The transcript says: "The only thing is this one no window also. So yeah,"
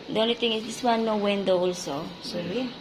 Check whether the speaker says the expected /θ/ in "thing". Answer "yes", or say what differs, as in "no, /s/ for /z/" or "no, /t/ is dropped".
no, /t/ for /θ/